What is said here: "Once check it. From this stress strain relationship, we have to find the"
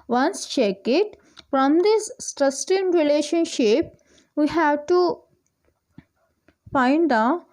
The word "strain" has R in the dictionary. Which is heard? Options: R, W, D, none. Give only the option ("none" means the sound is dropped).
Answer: none